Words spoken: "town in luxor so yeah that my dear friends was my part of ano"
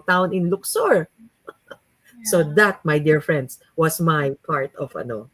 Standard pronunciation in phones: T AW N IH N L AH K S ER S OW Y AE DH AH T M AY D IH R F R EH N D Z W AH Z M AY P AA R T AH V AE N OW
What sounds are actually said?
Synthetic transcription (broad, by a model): T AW N IH N L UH K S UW S OW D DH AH T M AY D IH R F R EH N D S W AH S M AY P AA R T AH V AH N OW